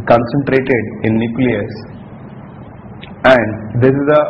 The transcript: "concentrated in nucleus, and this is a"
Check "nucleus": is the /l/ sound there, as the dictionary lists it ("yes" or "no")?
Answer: yes